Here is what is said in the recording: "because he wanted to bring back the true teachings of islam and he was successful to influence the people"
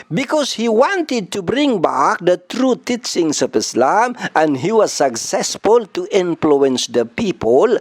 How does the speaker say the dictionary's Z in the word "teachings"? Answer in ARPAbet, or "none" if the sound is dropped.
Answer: S